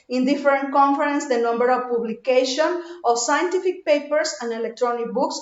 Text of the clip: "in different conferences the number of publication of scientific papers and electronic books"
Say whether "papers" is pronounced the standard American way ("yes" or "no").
no